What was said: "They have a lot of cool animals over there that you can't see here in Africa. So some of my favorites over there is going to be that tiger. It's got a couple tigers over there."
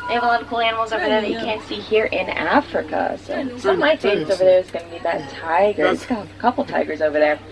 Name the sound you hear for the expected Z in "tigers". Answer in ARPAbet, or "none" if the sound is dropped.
Z